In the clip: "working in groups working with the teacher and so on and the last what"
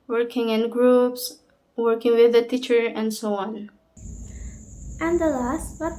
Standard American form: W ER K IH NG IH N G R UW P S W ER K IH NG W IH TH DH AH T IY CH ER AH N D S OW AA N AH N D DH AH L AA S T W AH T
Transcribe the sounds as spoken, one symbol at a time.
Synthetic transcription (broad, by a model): W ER K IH NG IH N G R UW P S W ER K IH NG W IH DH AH T IY CH ER AH N D S OW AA N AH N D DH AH L AA S T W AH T